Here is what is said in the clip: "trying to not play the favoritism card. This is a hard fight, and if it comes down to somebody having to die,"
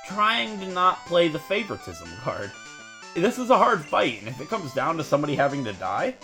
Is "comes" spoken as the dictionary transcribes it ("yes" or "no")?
yes